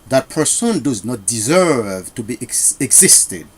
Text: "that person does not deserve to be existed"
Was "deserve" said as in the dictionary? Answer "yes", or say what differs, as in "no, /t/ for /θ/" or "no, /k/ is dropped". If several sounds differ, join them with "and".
yes